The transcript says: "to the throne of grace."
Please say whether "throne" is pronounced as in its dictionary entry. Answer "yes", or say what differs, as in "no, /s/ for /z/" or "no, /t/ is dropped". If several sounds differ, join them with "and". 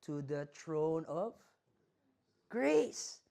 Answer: no, /t/ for /θ/